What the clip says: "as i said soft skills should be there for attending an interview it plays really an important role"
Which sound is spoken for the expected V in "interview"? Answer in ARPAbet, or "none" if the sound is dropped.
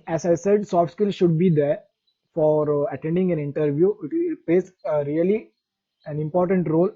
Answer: V